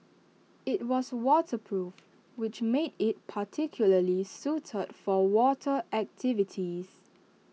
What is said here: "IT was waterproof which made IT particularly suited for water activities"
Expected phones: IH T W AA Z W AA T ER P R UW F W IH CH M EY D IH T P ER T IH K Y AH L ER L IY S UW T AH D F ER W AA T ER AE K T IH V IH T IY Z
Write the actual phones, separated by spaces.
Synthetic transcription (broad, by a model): IH T W AA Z W AA T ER P R UW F W IH CH M EY D IH T P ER T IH K Y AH L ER L IY S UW T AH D F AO W AA T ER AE K T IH V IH T IY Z